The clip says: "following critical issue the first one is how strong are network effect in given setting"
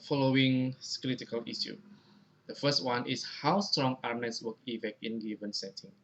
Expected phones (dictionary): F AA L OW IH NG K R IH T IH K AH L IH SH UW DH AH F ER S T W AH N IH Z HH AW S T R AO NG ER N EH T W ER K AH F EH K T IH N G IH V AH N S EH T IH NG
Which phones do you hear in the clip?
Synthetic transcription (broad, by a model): F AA L OW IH NG K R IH T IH K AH L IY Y UW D AH F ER S T W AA N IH S HH AW S T R AO NG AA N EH S W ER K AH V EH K IH N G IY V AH N S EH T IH NG